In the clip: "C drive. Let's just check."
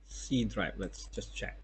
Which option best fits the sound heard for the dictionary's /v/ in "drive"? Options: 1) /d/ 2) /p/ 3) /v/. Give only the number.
2